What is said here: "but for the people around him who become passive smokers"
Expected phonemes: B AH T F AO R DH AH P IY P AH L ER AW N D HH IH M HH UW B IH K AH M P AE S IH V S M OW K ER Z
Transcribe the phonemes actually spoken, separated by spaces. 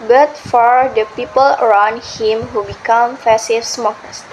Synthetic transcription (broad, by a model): B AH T F AO R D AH P IY P AH L ER AW N D HH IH M HH UW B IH K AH M F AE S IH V S M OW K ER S